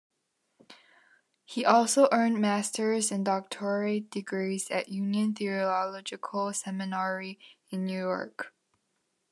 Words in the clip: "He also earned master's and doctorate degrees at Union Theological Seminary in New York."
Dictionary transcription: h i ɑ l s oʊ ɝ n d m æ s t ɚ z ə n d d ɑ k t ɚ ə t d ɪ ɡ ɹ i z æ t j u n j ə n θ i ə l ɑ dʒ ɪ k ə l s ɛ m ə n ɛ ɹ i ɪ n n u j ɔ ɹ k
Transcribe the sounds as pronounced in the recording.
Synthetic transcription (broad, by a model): h i ɑ l s oʊ ɝ n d m æ s t ɚ z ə n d d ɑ k t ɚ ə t d ɪ ɡ ɹ i z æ t j u n j ə n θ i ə l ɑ dʒ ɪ k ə l s ɛ m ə n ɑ ɹ i ɪ n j u j ɔ ɹ k